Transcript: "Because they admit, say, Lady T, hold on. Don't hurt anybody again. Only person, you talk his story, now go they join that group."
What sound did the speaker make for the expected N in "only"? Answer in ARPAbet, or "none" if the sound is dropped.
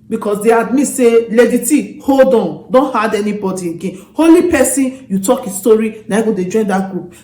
none